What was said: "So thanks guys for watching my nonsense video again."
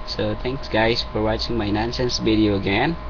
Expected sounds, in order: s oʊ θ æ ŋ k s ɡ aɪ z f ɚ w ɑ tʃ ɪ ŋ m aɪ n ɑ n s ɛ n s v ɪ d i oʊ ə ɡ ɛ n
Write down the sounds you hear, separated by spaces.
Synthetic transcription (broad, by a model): s oʊ t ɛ ŋ k s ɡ aɪ s f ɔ w ɑ tʃ ɪ ŋ m aɪ n ɑ n s ɛ n s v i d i oʊ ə ɡ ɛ n